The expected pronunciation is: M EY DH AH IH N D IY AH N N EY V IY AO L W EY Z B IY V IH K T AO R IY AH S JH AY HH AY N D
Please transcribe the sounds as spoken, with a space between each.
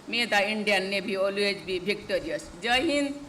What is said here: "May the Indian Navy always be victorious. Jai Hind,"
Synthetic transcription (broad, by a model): M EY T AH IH N D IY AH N N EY B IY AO L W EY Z B IY B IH K T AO R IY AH S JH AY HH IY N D